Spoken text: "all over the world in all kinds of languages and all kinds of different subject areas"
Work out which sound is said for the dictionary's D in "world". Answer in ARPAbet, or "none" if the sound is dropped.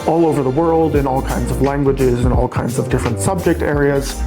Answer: D